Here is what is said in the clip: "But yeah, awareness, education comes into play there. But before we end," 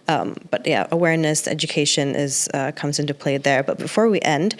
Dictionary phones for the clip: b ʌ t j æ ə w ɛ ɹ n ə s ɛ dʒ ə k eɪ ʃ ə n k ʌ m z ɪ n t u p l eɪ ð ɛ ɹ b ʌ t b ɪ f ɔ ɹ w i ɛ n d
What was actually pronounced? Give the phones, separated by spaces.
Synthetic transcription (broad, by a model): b ʌ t j æ ə w ɛ ɹ n ə s ɛ dʒ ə k eɪ ʃ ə n k ʌ m z ɪ n t u p l eɪ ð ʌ ɹ b ʌ t b ɪ f ɔ ɹ w i ɛ n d